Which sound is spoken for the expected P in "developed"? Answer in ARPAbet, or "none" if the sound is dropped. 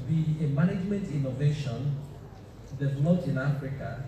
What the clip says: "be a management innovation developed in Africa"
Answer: none